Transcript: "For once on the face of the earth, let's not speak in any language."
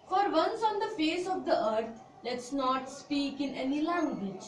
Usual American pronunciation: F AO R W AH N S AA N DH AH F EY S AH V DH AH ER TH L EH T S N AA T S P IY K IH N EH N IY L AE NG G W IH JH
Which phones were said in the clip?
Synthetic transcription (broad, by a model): F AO R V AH N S AA N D AH F EY S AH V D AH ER T L EH T S N AA T S P IY K IH N EH N IY L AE NG G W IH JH